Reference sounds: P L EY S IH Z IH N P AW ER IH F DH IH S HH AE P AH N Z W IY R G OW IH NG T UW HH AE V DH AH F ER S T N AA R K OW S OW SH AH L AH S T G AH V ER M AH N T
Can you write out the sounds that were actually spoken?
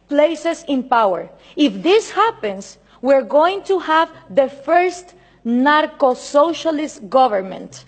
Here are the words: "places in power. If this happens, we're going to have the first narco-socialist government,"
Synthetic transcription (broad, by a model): P L EY S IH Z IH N P AW ER IH F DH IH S HH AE P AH N S W IY R G OW IH NG T UW HH AE V DH AH F ER S T N AA R K OW S OW SH AH L AH S T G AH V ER M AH N T